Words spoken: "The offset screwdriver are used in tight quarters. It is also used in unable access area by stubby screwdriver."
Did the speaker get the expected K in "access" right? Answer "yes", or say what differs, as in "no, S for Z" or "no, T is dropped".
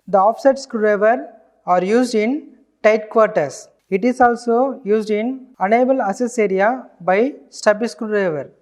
no, K is dropped